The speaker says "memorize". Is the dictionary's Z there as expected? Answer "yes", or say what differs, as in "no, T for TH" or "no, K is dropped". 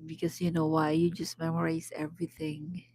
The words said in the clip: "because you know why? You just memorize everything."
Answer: no, S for Z